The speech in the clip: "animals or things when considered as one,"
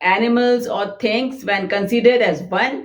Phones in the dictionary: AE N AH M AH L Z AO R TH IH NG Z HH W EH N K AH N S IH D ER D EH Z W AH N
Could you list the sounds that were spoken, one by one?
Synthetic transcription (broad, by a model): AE N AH M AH L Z AO R T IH NG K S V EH N K AH N S IH D ER D EH Z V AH N